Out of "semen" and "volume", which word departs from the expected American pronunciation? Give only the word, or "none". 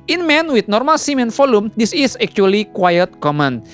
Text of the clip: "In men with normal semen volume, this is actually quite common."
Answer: volume